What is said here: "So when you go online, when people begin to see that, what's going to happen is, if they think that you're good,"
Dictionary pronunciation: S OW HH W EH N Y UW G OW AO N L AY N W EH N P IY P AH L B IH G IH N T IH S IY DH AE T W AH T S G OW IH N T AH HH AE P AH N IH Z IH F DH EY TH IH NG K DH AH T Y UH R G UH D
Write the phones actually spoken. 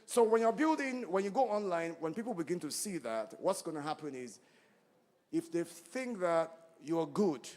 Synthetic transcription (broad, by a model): S OW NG W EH N Y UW G OW AO N L AY N W EH N P IY P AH L B IH G IH N T IH S IY DH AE T W AH T S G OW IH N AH HH AE P AH N IH Z IH F DH EY TH IH NG K DH AH T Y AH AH G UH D